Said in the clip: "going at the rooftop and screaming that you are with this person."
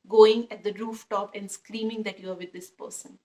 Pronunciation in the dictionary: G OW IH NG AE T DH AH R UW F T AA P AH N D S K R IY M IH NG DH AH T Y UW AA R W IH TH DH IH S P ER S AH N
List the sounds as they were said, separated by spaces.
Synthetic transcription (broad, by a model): G OW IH NG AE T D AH R UW F T AA P AH N D S K R IY M IH NG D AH T Y UW AA R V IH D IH S P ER S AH N